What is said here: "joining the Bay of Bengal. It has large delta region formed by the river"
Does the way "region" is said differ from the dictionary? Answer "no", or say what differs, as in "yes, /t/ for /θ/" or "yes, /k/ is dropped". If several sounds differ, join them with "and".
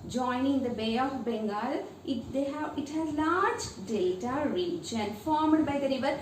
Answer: yes, /tʃ/ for /dʒ/